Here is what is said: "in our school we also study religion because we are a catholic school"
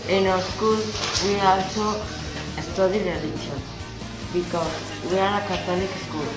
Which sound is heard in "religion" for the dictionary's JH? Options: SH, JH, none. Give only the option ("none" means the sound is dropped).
SH